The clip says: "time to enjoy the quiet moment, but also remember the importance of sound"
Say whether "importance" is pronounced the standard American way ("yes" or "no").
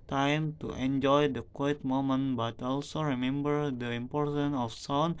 no